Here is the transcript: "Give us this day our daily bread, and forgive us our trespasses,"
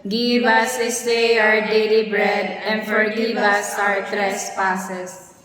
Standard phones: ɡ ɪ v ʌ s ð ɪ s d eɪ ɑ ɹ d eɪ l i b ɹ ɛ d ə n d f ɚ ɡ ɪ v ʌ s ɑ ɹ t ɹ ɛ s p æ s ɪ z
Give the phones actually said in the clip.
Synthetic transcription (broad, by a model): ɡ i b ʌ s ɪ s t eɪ ɑ ɹ d eɪ l i b ɹ ɛ d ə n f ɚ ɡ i b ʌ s ɑ ɹ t ɹ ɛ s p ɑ s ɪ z